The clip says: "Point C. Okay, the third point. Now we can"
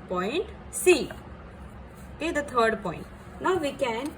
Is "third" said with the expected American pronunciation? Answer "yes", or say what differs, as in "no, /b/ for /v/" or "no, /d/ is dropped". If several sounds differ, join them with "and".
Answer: no, /t/ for /θ/